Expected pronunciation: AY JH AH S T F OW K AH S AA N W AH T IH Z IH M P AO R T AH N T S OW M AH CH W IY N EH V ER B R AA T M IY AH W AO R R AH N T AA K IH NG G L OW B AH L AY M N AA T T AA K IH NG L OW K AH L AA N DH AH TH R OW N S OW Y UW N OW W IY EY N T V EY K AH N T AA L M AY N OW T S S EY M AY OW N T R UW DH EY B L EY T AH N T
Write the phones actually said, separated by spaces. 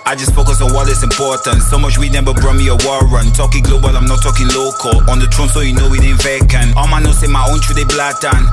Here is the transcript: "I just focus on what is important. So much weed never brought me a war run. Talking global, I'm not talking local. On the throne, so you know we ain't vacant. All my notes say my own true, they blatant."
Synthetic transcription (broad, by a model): AY JH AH S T F OW K AH S AA N W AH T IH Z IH M P AO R T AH N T S OW M AH CH W IY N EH B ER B R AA M IY AH W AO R R AH N T AA K IH NG G L OW B AH L AY M N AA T T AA K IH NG L OW K AH L AA N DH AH T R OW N S OW Y UW N OW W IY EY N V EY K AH N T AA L M AY N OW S S EY M AY OW N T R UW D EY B L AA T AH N